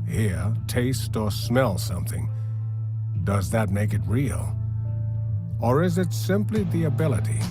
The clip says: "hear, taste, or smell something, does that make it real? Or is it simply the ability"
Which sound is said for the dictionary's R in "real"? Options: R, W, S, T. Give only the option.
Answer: R